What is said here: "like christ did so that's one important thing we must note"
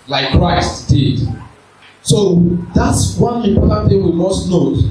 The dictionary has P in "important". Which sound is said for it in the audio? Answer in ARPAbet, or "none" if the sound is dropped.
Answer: none